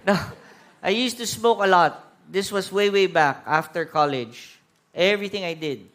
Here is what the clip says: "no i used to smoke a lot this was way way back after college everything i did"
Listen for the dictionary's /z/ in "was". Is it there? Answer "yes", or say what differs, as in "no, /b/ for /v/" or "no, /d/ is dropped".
no, /s/ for /z/